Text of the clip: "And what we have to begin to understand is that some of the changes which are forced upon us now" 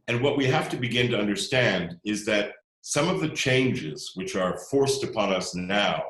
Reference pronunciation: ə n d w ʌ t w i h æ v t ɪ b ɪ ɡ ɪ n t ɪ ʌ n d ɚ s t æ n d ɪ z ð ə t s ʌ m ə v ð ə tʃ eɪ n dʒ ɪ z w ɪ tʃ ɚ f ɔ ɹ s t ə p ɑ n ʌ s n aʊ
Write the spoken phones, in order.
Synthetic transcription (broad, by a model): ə n w ʌ t w i h æ f t ɪ b ɪ ɡ ɪ n t ɪ ʌ n d ɚ s t æ n d ɪ z ð ə t s ʌ m ə v ð ə tʃ eɪ n dʒ ɪ z w ɪ tʃ ɚ f ɔ ɹ s t ə p ɑ n ʌ s n aʊ